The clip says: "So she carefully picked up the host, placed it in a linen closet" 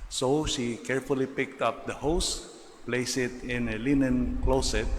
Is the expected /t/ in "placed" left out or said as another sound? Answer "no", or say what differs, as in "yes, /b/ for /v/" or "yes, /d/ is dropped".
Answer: yes, /t/ is dropped